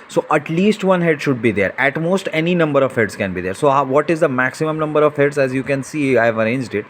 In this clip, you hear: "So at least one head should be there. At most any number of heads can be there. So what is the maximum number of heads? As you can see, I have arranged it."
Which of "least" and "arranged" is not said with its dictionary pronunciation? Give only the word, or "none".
none